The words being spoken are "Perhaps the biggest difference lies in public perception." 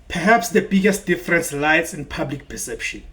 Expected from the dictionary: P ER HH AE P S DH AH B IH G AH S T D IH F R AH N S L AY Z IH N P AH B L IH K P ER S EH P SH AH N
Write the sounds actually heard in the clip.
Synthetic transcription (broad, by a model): P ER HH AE P S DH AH B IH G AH S T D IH F R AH N S L AY S IH N P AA B L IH K P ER S EH P SH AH N